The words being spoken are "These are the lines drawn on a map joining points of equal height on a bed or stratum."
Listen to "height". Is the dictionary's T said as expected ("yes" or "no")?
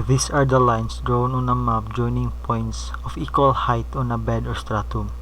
yes